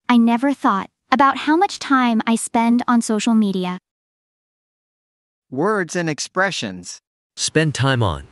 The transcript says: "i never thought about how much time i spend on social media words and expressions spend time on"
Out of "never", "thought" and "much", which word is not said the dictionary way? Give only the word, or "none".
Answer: none